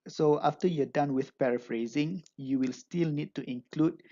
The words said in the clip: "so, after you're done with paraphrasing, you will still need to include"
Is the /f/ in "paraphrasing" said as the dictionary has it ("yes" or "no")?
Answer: yes